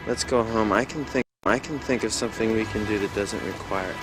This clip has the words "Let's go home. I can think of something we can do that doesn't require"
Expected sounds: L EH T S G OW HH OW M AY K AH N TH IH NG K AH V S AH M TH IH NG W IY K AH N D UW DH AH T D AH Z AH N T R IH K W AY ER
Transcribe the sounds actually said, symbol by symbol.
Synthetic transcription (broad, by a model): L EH T S G OW HH OW M AY K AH N TH IH NG K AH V S AH M TH IH NG W IY K AH N D UW DH AH T D AH Z AH N T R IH K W AY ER